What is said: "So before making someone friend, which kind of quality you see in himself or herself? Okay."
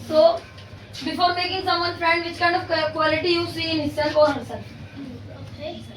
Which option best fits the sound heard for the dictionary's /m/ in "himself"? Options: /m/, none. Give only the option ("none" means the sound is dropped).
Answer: none